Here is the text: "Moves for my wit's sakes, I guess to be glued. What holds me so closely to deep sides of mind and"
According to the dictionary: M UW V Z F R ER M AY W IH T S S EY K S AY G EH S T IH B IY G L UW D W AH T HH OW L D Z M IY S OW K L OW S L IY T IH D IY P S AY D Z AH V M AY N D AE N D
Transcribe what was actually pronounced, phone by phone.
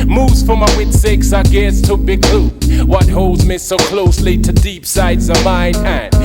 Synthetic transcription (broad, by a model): M UW V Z F R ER M AY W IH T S S EY K S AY G EH S T IH B IY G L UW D W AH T HH OW L D Z M IY S OW K L OW S L IY T IH D IY P S AY D Z AH V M AY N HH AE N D